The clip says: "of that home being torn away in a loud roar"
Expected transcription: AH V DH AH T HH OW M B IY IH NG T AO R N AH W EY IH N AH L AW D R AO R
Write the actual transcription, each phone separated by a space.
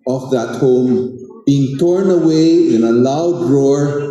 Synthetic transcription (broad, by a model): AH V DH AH T HH OW M B IY IH NG T AO R N AH W EY IH N AH L AW D R AO R